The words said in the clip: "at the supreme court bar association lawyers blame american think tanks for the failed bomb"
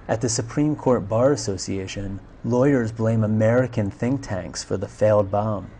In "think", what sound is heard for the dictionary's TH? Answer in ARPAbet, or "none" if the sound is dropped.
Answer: TH